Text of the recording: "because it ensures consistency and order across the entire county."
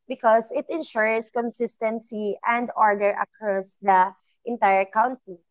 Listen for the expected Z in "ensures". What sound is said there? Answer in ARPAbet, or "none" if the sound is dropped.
S